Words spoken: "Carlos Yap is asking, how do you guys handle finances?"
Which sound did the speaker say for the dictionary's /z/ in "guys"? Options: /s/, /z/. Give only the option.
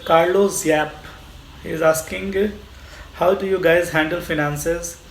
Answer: /z/